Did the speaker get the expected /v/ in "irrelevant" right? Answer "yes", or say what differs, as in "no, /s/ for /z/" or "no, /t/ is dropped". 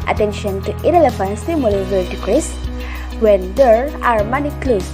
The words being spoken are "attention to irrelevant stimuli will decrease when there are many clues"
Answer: no, /f/ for /v/